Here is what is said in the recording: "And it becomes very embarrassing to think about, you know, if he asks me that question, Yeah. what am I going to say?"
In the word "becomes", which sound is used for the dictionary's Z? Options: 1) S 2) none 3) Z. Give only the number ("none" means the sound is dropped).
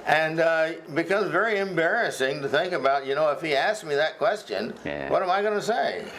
3